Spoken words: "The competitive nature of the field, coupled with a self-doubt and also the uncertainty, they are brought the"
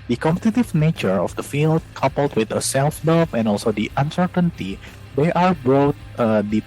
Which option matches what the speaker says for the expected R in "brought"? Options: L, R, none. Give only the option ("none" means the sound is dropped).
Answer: none